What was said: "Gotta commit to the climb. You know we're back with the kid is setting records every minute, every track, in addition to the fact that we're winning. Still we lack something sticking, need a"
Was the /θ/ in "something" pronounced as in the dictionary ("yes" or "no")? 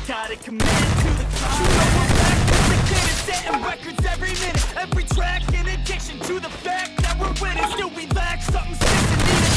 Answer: no